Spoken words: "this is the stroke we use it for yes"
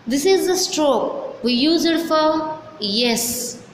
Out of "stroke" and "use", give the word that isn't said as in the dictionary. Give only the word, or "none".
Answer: none